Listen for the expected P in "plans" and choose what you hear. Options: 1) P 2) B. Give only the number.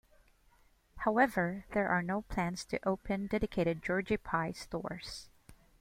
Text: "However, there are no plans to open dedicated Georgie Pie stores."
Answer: 1